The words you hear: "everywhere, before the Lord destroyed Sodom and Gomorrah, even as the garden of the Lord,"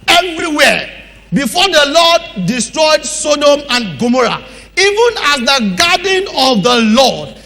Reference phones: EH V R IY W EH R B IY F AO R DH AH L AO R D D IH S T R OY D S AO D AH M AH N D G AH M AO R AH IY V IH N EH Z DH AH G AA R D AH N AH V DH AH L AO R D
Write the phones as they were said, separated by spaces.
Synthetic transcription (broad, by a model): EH V R IY W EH B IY F AO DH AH L AO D D IH S T R OY D S AO D AH M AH N G AH M AO R AH IY V IH N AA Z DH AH G AA D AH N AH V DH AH L AO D